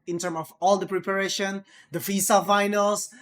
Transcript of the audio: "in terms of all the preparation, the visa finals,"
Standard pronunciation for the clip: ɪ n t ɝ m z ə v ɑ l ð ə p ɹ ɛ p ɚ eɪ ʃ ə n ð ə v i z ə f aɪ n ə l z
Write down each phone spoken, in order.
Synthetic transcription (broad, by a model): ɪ n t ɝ m ə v ɑ l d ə p ɹ ɛ p ɚ eɪ ʃ ə n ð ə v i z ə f aɪ n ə l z